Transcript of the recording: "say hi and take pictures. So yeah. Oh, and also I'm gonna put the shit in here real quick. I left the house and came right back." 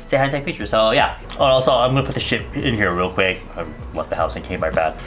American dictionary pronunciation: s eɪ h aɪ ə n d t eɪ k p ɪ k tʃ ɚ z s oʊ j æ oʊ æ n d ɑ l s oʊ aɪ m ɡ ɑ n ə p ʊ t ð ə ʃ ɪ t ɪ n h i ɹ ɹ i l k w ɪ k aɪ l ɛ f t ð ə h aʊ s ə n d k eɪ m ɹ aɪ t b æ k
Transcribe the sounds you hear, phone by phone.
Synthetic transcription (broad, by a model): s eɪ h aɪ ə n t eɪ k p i tʃ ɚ s oʊ j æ oʊ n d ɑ s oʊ aɪ m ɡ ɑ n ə p ʊ t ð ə ʃ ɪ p ɪ n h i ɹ ɹ i l k w ɪ k aɪ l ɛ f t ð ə h aʊ s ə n k eɪ m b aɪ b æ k